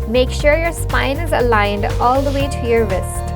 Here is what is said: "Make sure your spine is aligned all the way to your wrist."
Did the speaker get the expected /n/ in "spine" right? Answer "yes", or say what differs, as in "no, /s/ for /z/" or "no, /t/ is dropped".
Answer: yes